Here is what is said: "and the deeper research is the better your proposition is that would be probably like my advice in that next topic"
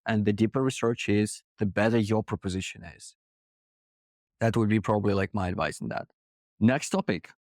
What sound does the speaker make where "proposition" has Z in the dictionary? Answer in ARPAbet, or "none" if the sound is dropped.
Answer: Z